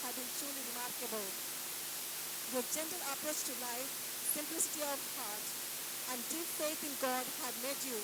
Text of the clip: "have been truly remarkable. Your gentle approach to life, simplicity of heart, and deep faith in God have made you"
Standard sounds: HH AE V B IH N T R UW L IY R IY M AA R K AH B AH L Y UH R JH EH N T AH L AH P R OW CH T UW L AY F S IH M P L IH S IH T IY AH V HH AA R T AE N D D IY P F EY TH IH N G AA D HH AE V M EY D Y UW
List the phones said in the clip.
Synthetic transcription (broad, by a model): HH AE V B IH N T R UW L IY R IY M AA R K AH B AH L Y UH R JH EH N T AH L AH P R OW S T UW L AY F S IH M P L IH S IH T IY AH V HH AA R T AE N D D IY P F EY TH IH N G AA D HH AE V M EY D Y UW